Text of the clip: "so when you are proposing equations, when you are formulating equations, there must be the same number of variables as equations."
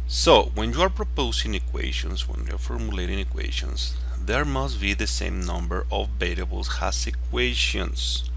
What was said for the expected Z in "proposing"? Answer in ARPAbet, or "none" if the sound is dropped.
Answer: S